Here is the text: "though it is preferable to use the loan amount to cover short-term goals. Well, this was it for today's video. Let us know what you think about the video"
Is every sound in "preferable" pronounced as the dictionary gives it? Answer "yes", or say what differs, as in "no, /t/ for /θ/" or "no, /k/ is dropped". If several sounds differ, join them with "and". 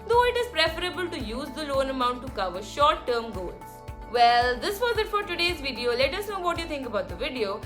yes